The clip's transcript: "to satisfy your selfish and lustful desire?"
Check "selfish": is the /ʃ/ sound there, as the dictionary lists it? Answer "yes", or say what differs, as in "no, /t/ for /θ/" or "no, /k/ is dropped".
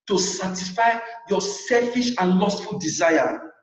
yes